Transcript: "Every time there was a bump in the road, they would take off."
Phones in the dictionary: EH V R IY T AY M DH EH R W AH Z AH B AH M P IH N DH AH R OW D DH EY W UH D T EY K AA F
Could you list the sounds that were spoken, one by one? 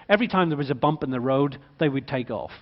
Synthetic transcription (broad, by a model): EH V R IY T AY M DH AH R W AH Z AH B AH M P IH N DH AH R OW D DH EY W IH D T EY K AA F